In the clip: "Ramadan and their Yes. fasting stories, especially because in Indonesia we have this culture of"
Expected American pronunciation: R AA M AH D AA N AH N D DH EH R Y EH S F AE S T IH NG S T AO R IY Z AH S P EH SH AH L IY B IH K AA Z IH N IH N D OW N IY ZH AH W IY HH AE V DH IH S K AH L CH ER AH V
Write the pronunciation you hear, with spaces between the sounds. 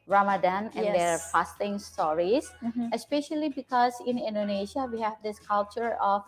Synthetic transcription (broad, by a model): R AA M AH D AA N AH N D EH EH F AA S T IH NG S T AO R IY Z AH S P EH SH AH L IY B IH K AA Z IH N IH N D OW N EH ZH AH W IY HH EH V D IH S K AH L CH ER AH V